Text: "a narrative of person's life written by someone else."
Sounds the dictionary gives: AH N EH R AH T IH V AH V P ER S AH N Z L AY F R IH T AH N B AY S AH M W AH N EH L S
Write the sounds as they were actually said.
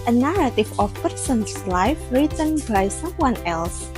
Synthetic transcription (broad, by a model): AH N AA R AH T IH F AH F P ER S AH N S L AY F R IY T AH N B AY S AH M W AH N EH L S